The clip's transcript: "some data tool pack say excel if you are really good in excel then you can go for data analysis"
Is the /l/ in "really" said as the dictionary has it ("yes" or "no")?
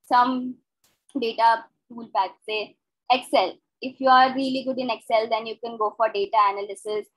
yes